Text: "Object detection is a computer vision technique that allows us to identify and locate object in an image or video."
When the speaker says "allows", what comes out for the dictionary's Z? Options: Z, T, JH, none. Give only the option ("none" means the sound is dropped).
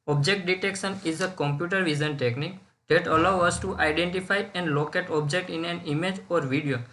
none